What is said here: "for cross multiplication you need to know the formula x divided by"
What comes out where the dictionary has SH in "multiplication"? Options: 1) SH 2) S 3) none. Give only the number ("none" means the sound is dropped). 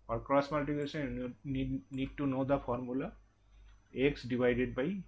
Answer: 2